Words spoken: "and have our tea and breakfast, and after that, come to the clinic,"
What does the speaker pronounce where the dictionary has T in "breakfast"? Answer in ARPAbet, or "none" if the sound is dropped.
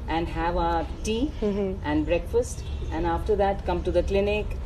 T